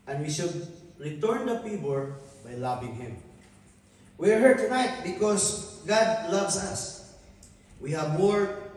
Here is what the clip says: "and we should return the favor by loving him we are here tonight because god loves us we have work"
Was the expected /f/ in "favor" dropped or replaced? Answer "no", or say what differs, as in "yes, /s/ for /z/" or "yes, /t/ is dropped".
yes, /p/ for /f/